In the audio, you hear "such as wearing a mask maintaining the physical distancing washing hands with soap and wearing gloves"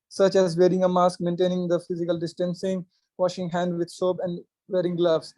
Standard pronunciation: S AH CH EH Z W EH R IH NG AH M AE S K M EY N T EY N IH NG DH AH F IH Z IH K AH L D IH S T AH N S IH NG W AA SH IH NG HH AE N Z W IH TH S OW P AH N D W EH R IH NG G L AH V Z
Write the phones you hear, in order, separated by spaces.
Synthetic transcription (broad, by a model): S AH CH EH Z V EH R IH NG AH M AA S K M EY N T EY N IH NG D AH F IH Z IH K AH L D IH S T AH N S IH NG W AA SH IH NG HH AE N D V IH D S OW B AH N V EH R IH NG G L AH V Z